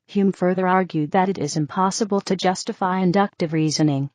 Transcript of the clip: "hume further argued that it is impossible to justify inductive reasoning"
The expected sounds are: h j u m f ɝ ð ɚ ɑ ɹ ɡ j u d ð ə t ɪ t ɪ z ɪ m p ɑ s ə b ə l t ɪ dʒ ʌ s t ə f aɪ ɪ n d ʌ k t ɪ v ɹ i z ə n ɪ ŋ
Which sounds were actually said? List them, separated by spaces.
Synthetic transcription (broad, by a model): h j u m f ɝ ð ɚ ɑ ɹ ɡ j u d ð ə t ɪ t ɪ z ɪ m p ɑ s ə b ə l t ɪ dʒ ʌ s t ə f aɪ ɪ n d ʌ k t ɪ v ɹ i z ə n ɪ ŋ